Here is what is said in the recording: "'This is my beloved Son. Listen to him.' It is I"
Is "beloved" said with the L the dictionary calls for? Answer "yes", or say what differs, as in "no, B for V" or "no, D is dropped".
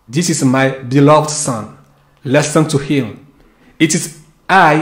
yes